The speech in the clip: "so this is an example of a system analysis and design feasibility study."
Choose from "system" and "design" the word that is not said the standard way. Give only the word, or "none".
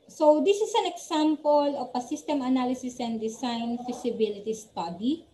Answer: design